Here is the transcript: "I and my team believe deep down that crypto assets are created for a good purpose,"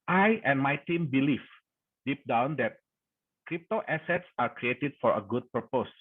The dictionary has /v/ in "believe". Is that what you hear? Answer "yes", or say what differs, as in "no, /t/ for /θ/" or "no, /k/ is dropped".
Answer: no, /f/ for /v/